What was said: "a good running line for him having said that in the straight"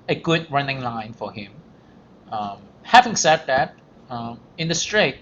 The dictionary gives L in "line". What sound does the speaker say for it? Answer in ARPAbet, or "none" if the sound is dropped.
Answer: L